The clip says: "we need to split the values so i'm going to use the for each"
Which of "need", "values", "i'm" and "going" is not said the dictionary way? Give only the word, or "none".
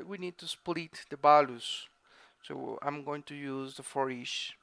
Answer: values